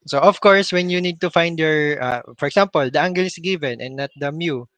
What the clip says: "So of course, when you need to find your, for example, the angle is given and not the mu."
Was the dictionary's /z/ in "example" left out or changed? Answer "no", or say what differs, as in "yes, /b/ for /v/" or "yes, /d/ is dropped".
yes, /s/ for /z/